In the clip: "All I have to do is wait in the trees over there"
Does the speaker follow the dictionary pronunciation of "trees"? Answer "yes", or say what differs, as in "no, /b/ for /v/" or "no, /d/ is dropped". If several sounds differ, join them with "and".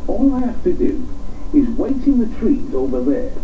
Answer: yes